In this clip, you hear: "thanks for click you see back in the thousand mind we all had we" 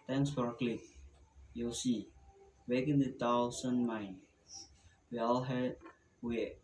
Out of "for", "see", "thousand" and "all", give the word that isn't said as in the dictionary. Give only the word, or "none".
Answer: thousand